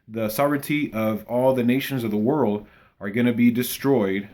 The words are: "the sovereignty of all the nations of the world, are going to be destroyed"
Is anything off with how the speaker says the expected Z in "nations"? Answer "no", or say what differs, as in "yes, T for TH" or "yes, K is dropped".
no